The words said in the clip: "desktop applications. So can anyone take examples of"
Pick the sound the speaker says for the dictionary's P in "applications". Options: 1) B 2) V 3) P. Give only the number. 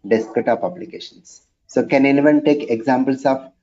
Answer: 1